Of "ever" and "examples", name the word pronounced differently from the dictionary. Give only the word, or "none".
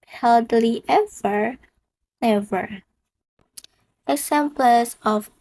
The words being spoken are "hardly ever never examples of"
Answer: examples